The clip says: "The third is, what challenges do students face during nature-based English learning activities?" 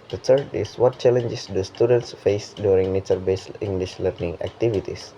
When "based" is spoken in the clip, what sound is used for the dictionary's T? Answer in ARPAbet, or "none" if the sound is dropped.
none